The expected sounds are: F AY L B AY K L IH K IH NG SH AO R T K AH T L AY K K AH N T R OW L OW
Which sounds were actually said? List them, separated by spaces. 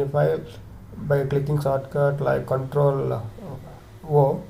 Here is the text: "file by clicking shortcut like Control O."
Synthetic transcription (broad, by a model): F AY B AY K L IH K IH NG S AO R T K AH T L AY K K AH N T R OW L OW